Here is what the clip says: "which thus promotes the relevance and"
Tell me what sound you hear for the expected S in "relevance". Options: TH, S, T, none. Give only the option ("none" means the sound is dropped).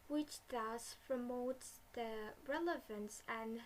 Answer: S